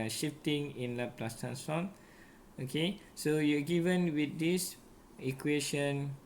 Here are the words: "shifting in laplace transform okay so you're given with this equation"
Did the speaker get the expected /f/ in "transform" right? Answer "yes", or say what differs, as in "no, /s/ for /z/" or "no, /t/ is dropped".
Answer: no, /f/ is dropped